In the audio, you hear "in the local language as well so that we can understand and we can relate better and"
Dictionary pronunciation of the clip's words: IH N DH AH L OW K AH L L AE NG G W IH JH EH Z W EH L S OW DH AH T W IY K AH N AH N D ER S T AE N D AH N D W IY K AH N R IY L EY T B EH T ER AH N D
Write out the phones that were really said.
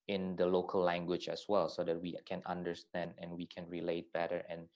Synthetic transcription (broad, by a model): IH N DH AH L OW K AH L L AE NG G W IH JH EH S W EH L S OW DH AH T W IY K AH N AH N D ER S T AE N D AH N W IY K AH N R IY L EY T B EH T ER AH N